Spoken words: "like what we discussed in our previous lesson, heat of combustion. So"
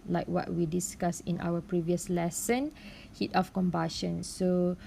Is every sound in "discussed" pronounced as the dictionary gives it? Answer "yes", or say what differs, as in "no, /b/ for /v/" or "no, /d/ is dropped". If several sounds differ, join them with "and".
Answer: no, /t/ is dropped